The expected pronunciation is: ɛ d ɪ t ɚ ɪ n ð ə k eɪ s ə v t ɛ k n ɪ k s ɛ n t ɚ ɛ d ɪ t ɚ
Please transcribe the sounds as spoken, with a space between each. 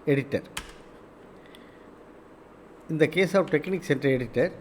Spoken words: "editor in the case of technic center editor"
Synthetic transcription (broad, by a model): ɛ d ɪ t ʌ ɪ n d ə k eɪ s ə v t ɛ k n ɪ k s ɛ n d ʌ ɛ d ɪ t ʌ